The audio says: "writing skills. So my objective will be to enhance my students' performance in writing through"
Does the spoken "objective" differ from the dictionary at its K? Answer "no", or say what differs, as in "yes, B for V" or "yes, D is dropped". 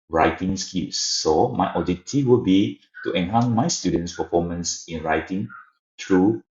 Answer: yes, K is dropped